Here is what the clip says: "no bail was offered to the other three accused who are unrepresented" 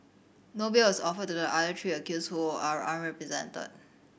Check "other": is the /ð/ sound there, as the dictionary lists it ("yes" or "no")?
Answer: no